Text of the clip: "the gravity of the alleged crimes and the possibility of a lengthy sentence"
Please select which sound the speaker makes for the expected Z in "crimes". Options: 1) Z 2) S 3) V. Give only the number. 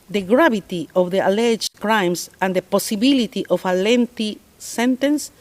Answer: 2